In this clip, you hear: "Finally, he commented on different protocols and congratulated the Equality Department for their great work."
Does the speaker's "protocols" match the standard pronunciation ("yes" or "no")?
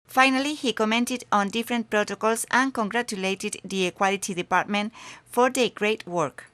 no